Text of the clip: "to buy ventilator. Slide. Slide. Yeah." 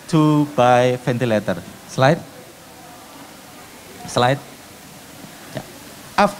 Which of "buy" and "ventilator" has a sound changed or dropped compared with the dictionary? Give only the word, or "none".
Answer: ventilator